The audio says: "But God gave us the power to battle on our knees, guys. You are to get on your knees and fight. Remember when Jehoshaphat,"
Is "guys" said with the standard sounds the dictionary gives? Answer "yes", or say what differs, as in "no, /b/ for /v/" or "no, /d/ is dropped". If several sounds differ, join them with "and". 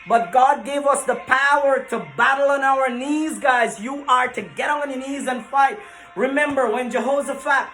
yes